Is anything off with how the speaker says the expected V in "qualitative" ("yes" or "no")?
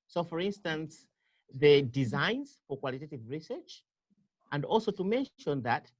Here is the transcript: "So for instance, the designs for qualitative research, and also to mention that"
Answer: no